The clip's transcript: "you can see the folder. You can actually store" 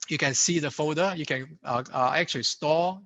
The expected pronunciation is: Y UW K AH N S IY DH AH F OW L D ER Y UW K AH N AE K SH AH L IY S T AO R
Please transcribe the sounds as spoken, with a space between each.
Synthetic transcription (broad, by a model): Y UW K AH N S IY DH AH F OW D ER Y UW K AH N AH K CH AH L IY S T AO